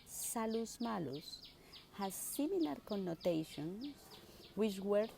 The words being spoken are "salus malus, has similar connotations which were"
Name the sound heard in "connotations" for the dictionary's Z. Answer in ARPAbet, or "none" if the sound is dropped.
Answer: S